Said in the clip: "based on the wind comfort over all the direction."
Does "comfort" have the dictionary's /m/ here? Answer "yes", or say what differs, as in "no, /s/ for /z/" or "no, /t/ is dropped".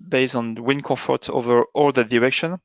no, /m/ is dropped